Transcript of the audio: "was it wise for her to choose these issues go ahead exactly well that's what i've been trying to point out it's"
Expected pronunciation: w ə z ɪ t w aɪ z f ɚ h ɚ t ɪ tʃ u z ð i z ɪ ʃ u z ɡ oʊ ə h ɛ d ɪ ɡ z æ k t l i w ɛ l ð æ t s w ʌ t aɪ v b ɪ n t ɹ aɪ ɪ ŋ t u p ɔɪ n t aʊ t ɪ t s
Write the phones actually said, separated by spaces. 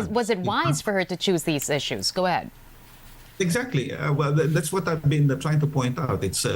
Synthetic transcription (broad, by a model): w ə z ɪ t w aɪ z f ɚ h ɚ t ɪ tʃ u z ð i z ɪ ʃ u z ɡ oʊ ə h ɛ d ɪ ɡ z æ k t l i w ɛ l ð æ t s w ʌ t aɪ v b ɪ n t ɹ aɪ ɪ ŋ t u p ɔɪ n t aʊ t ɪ t s